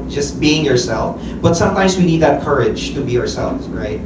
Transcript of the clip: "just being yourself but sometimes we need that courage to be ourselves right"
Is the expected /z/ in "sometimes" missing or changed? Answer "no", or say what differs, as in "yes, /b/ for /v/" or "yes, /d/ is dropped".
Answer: no